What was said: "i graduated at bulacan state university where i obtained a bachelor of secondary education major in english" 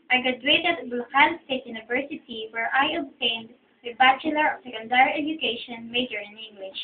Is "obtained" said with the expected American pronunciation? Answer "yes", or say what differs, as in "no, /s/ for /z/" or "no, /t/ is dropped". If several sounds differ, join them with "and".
yes